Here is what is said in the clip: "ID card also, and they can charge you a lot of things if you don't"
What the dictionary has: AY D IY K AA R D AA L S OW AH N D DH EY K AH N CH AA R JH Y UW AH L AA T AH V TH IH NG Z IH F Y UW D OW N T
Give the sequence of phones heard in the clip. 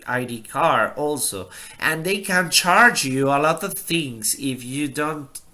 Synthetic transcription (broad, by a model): AY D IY K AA R AA L S OW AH N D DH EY K AH N CH AA R JH Y UW AH L AA T AH V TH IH NG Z IH F Y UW D OW N T